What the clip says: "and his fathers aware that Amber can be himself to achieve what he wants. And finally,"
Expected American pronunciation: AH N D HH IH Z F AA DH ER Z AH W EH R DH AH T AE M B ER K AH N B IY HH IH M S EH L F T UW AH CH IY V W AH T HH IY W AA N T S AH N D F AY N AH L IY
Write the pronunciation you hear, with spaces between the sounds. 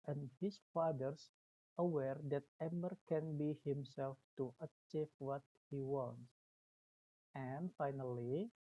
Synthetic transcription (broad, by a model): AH N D HH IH S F AA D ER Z AH W EH R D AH T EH M ER K AH N B IY HH IH M S EH L F T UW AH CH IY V W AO T HH IY W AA N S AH N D F AY N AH L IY